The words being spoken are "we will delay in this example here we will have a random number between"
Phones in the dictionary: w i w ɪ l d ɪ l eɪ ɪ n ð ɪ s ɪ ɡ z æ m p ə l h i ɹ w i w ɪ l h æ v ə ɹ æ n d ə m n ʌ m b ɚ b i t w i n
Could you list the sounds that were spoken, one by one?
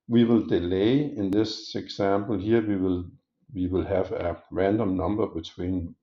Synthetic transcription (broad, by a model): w i w ɪ l d ɪ l eɪ ɪ n ð ɪ s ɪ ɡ s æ m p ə l h i l w i w ɪ l h æ v ə ɹ æ n d ə m n ʌ m b ɚ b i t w i n